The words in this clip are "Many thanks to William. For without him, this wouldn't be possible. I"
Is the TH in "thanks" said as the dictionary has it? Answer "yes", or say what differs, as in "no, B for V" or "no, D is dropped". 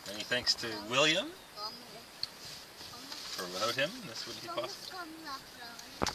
yes